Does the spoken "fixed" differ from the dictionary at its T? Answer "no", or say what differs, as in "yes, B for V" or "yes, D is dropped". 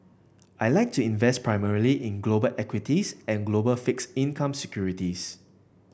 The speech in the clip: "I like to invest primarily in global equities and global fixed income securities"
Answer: yes, T is dropped